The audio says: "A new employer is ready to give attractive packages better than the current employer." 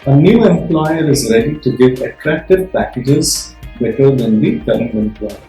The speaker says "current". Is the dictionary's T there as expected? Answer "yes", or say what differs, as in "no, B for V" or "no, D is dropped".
no, T is dropped